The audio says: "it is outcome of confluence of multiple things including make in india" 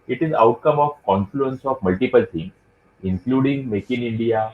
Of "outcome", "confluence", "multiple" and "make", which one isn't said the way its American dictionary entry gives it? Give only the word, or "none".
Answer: none